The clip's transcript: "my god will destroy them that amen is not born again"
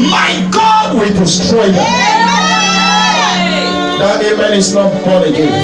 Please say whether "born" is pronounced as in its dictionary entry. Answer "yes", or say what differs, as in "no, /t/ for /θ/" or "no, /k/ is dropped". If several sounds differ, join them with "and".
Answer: no, /n/ is dropped